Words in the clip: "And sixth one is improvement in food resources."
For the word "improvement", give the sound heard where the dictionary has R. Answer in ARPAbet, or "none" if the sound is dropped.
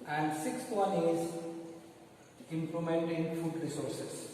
L